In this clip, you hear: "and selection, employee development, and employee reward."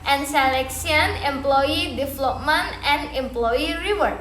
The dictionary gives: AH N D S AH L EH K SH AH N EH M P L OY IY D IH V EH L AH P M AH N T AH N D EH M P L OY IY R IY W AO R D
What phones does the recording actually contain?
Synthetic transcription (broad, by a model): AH N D S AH L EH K S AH N EH M P L OY IY D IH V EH L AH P M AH N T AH N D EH M P L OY IY R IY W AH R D